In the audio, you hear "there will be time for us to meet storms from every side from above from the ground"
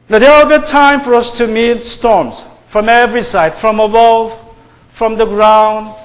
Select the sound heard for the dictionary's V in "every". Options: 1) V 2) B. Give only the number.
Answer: 1